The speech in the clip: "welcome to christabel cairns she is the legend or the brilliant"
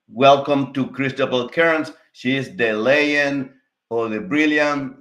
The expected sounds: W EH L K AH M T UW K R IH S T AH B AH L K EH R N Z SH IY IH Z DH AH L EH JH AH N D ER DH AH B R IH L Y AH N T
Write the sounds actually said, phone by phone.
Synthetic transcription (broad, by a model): W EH L K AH M T UW K R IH S T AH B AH L K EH R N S SH IY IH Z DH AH L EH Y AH N ER DH AH B R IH L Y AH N